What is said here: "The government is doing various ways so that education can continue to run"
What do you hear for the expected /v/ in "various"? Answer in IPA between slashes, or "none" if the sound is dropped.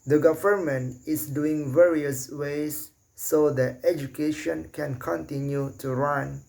/v/